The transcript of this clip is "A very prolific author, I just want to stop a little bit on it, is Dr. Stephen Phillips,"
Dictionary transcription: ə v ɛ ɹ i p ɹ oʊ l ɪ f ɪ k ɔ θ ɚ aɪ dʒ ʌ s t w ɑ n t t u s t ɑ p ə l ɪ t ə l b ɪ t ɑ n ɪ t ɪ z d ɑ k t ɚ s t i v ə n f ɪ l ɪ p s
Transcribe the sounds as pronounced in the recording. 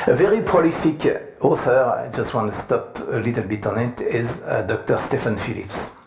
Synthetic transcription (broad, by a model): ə v ɛ ɹ i p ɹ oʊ l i f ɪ k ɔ θ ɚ aɪ dʒ ʌ s t w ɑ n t t u s t ɑ p ə l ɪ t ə l b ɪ t ɑ n ɪ t ɪ z d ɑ k t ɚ s t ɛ f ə n f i l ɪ p s